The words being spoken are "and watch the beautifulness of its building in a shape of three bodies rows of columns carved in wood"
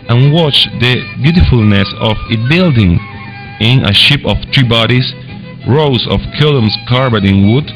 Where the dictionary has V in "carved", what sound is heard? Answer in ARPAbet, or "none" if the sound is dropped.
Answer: B